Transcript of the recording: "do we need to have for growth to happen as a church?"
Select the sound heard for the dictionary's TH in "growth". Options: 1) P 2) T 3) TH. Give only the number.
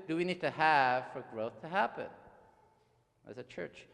3